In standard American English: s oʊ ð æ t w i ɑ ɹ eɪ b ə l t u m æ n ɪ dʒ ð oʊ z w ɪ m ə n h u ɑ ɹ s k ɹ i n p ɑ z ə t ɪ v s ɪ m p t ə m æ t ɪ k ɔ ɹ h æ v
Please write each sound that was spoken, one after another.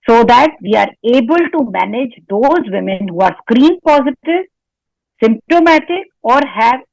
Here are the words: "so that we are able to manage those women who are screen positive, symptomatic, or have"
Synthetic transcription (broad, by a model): s oʊ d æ t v i ɑ ɹ eɪ b ə l t u m æ n ɪ dʒ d oʊ z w ɪ m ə n h u ɑ ɹ s k ɹ i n p ɑ z ə t ɪ v s ɪ m p t ə m æ t ɪ k ɔ ɹ h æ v